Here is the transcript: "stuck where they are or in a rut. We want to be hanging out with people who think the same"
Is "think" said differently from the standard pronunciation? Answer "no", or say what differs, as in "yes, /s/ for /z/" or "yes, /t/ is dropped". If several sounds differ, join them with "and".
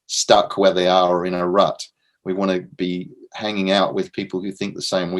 no